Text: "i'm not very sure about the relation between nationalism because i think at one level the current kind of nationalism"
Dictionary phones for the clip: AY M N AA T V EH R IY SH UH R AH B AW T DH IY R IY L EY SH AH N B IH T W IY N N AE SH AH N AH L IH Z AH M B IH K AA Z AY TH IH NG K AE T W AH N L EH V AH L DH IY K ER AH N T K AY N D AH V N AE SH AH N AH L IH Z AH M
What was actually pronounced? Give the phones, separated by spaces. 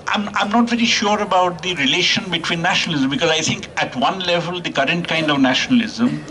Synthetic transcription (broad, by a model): AY M N AA T V EH R IY SH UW R AH B AW T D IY R IY L EY SH AH N B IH T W IY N N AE SH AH N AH L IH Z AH M B IH K AA Z AY T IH NG K AE T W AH N L EH V AH L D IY K ER AH N T K AY N D AH V N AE SH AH N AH L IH Z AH M